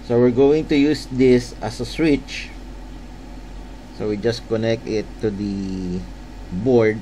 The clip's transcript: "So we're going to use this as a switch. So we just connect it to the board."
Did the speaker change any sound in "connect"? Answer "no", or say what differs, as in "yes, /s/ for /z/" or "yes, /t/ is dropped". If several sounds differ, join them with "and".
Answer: no